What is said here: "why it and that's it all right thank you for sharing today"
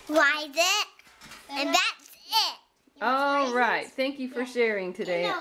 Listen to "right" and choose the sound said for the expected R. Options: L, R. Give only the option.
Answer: R